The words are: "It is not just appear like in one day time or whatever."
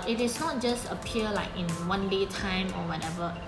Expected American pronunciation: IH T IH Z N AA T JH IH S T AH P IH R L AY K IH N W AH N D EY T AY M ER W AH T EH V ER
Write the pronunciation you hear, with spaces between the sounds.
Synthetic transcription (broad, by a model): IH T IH S N AA T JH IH S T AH P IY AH L AY K IH N W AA N D EY T AY M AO W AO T EH V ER